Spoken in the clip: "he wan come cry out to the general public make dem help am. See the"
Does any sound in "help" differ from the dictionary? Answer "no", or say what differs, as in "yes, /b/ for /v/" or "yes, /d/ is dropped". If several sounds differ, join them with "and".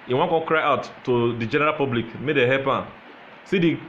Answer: yes, /l/ is dropped